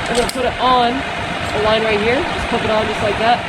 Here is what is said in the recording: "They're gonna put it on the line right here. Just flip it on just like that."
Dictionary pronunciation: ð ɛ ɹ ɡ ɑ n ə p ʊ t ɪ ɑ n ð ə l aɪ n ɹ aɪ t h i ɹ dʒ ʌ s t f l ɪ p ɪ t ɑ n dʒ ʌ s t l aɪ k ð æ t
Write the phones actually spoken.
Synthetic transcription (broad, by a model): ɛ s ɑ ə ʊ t ɪ n ð ə l aɪ n ɹ aɪ t h i ɹ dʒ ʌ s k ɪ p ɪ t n dʒ ʌ s t l aɪ k ð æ t